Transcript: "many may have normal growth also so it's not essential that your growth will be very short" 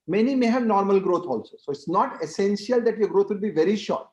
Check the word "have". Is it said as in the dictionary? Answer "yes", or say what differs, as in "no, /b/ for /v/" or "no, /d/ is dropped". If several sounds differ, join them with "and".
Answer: yes